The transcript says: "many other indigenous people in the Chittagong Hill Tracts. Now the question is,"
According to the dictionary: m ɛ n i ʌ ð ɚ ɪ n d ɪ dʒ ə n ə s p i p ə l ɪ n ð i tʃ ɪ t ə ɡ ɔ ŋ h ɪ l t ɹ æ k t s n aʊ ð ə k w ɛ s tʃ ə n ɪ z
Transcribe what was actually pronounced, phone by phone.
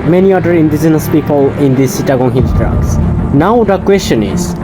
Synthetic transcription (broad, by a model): m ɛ n i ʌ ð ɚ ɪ n d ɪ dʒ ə n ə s p i p ə l ɪ n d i s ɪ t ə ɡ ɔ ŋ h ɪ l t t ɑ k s n aʊ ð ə k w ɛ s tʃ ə n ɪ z